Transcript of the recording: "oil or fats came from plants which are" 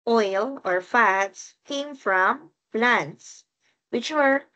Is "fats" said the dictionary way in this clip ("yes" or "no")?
yes